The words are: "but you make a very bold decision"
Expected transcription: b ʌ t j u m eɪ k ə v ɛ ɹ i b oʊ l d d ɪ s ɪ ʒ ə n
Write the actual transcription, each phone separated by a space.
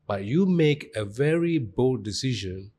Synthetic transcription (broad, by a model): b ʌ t j u m eɪ k ə v ɛ ɹ i b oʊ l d d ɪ s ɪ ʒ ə n